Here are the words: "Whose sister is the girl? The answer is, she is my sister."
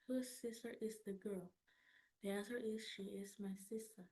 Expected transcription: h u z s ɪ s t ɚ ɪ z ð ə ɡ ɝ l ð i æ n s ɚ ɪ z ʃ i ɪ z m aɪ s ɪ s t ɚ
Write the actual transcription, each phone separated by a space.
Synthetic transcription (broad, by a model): h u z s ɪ s t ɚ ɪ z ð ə ɡ ɝ l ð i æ s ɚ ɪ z ʃ i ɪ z m aɪ s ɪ s t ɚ